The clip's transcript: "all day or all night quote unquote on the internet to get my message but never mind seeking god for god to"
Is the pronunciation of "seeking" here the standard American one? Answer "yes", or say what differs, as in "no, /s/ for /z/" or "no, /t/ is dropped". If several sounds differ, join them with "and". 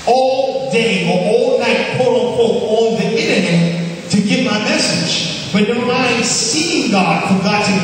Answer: no, /k/ is dropped